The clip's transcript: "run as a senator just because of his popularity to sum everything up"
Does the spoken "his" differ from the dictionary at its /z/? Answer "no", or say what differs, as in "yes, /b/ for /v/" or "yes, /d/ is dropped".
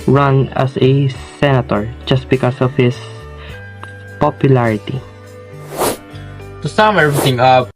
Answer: yes, /s/ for /z/